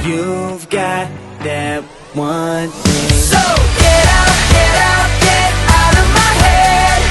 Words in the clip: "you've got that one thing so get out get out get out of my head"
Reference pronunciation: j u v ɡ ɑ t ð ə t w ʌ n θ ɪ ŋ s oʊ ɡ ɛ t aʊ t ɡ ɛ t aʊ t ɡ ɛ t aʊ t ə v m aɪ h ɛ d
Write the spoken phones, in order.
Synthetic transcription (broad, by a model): j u v ɡ ɑ t ð ə t w ʌ n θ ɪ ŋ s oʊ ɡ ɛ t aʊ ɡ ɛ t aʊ ɡ ɛ t aʊ t ə v m aɪ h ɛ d